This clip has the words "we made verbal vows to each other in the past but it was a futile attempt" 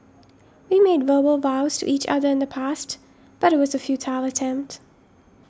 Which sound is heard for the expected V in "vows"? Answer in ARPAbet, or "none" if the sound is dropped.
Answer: V